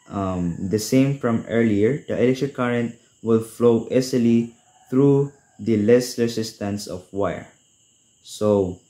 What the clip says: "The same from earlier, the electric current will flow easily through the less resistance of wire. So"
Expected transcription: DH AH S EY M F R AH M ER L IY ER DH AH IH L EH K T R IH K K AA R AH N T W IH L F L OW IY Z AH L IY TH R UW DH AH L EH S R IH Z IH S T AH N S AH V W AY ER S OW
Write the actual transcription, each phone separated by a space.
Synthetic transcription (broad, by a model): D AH S EY M F R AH M ER L IY ER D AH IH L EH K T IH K K AA R AH N T W IH L F L OW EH S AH L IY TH R UW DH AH L EH S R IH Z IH S T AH N S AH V W AY ER S OW